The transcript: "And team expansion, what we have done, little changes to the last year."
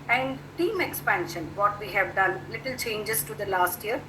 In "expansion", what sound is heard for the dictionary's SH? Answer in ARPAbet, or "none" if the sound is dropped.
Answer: SH